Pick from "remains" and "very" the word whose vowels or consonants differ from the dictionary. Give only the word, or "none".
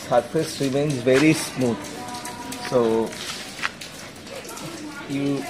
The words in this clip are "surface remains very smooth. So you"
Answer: none